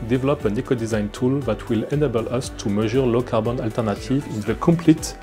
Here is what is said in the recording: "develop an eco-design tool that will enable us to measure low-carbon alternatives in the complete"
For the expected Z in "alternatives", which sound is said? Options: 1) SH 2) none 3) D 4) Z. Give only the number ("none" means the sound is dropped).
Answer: 2